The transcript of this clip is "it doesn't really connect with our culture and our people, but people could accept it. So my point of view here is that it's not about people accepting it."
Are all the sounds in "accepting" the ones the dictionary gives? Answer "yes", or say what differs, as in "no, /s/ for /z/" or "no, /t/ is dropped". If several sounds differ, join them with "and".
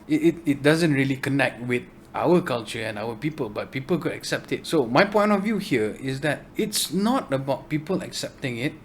yes